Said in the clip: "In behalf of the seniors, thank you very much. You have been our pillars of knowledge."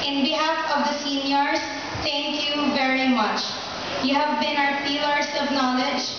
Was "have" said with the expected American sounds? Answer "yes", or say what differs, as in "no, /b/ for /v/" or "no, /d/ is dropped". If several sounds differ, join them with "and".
yes